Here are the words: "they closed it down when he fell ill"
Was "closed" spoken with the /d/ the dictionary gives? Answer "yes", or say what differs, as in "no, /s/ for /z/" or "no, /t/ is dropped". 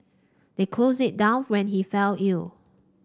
no, /d/ is dropped